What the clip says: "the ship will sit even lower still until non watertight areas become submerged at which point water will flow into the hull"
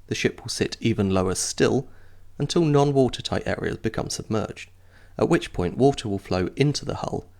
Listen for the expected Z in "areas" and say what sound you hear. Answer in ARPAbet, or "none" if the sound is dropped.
Z